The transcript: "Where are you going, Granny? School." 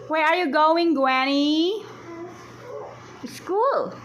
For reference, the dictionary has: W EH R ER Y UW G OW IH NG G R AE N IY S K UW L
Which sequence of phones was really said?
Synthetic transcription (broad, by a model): W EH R ER Y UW G OW IH NG G W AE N IY S K UW L